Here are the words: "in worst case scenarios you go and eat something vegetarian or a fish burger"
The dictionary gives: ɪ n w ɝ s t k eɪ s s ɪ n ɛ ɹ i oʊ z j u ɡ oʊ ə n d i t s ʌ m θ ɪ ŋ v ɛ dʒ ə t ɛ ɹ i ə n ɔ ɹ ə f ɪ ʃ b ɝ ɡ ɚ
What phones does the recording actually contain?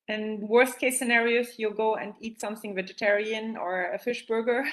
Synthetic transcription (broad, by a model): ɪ n w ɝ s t k eɪ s s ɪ n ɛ ɹ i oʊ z j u ɡ oʊ ə n d i t s ʌ m θ ɪ ŋ v ɛ dʒ ə t ɛ ɹ i ə n ɔ ɹ ə f ɪ ʃ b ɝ ɡ ɚ